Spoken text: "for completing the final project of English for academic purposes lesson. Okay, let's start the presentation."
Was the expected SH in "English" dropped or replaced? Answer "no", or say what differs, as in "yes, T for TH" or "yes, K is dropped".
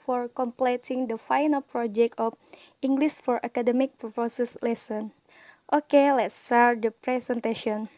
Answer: yes, S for SH